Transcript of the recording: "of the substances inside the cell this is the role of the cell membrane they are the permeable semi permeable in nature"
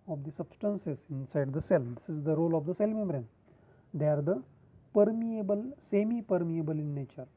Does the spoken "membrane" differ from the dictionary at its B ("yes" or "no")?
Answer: yes